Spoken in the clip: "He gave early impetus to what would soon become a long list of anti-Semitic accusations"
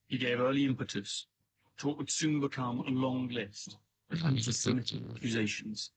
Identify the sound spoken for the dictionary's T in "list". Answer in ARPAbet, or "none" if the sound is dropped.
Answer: T